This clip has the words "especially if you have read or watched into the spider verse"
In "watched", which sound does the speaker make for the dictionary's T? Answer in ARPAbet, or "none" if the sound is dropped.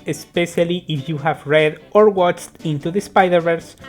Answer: T